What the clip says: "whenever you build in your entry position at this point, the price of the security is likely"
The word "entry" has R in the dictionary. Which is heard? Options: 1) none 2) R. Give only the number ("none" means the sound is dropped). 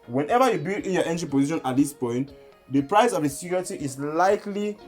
1